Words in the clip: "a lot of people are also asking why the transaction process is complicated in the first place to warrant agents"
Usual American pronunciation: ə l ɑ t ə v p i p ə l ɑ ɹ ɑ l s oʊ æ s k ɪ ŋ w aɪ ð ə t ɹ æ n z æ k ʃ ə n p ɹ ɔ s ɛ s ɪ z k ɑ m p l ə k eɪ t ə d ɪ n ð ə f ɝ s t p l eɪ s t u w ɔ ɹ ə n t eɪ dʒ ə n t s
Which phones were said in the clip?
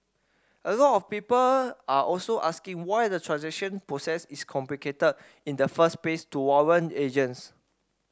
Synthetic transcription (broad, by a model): ə l ɑ t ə f p i p ə l ɑ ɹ ɑ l s oʊ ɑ s k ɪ ŋ w aɪ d ə t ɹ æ n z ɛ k ʃ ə n p ɹ ɔ s ɛ s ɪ s k ɑ m p l ə k eɪ t ə d ɪ n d ə f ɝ s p eɪ s t u w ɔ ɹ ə n eɪ dʒ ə n s